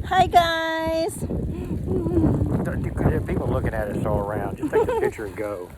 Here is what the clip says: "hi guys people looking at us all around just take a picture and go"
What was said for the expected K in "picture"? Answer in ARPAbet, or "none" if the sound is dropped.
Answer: none